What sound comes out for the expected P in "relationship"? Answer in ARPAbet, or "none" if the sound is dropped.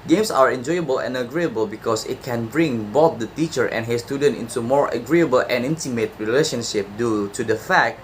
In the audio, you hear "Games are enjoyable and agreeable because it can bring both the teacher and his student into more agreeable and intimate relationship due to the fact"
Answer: P